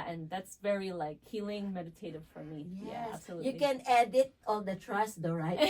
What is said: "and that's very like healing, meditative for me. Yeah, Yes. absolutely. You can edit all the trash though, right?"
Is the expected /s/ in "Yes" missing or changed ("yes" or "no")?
yes